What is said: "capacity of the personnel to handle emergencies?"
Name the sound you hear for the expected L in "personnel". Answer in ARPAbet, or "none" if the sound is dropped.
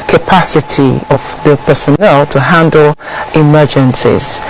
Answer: L